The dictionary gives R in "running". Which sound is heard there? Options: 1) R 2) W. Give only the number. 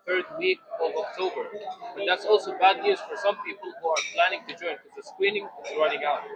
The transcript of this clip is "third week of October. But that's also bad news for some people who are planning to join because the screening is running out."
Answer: 1